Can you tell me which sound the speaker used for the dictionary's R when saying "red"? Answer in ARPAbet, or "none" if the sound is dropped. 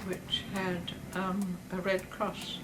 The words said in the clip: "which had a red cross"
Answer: R